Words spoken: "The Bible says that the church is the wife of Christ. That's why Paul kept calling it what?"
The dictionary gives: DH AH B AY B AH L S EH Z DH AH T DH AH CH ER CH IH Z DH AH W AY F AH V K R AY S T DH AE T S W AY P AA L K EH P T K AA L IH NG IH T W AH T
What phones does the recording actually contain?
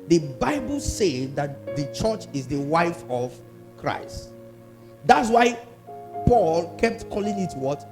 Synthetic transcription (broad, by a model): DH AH B AY B AH L S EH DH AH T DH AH CH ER CH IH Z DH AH W AY F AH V K R AY S T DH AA T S W AY P AA L K EH P T K AA L IH NG IH T W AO T